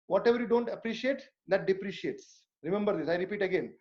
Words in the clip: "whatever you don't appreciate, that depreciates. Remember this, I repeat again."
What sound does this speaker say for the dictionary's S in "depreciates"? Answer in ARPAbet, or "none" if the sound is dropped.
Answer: S